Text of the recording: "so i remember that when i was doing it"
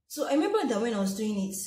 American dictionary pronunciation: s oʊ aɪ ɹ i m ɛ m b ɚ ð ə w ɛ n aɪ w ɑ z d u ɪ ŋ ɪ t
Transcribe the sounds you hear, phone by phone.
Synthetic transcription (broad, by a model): s oʊ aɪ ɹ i m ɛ m b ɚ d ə w ɛ n aɪ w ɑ s d u ɪ ŋ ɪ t